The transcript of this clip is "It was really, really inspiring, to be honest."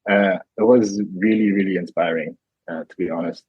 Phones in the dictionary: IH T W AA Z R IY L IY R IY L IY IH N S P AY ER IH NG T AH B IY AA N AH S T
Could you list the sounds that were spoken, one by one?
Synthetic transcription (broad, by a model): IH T W AA Z R IY L IY R IY L IY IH N S P AY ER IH NG T AH B IY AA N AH S T